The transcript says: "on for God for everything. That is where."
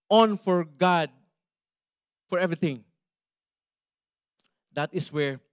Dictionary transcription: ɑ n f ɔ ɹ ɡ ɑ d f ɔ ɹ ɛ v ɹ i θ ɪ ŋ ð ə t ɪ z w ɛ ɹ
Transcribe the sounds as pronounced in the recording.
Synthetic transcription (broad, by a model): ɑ n f ɔ ɹ ɡ ɑ d f ɔ ɹ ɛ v ɹ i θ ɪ ŋ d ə t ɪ s w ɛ ɹ